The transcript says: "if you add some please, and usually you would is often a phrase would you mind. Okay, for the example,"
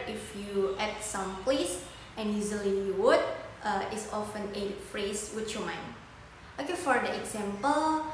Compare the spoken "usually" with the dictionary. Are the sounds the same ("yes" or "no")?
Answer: no